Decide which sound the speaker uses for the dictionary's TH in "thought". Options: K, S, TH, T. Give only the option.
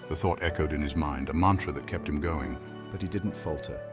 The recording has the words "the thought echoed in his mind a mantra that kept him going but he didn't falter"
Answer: TH